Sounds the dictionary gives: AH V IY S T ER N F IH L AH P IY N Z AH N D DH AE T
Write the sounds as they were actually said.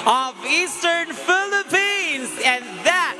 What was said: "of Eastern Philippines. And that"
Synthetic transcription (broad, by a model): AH V IY S T ER N F IH L AH P IY N Z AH N DH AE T